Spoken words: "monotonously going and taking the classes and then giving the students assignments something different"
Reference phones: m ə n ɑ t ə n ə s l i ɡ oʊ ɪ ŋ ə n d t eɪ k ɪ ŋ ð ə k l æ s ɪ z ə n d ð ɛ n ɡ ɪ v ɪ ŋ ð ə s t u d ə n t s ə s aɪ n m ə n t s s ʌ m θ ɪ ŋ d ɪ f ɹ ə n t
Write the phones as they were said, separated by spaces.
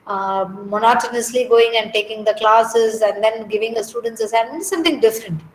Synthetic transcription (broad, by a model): m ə n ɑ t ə n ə s l i ɡ oʊ ɪ ŋ ə n d t eɪ k ɪ ŋ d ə k l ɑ s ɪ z ə n d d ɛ n ɡ ɪ v ɪ ŋ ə s t u d ə n t s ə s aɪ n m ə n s s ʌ m t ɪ ŋ d ɪ f ɹ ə n t